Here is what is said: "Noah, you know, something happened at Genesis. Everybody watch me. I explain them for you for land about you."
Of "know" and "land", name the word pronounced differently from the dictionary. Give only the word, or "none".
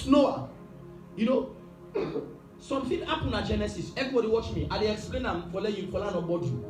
land